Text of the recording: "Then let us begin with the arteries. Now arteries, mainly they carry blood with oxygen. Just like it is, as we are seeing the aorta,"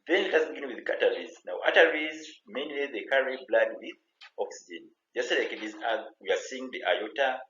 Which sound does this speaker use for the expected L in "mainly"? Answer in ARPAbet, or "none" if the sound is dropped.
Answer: L